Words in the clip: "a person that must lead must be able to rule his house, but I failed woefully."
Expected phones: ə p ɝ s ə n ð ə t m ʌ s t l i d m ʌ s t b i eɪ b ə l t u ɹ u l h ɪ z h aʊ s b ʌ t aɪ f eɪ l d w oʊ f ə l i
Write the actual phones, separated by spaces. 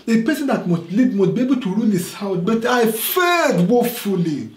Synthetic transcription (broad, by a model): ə p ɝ s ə n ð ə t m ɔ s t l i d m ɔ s b i eɪ b ə l t u ɹ u l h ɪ s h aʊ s b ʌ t aɪ f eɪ d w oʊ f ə l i